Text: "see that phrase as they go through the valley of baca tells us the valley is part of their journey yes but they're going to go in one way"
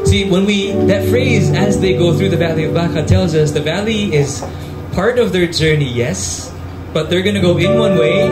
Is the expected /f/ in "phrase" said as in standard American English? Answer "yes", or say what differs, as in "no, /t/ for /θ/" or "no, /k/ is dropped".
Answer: yes